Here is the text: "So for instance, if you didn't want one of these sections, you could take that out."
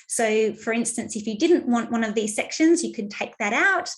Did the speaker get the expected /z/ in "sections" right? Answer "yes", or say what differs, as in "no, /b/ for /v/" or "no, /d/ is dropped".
yes